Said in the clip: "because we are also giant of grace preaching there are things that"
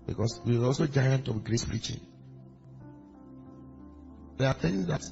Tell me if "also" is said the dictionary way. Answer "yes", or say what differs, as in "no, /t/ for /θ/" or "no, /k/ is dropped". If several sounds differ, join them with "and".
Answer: yes